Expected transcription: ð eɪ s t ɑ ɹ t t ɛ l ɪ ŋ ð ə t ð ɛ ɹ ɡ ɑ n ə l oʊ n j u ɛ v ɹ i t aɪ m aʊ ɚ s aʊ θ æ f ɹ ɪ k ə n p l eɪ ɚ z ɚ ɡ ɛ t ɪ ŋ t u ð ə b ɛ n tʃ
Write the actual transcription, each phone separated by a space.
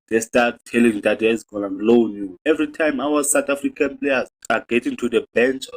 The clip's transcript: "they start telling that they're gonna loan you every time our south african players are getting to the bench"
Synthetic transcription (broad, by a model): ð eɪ s t ɑ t t ɛ l ɪ ŋ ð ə t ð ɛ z ɡ ɑ n ə l oʊ n j u ɛ v ɹ i t aɪ m aʊ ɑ s aʊ t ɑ f ɹ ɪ k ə n p l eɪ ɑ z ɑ ɡ ɛ t ɪ ŋ t u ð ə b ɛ n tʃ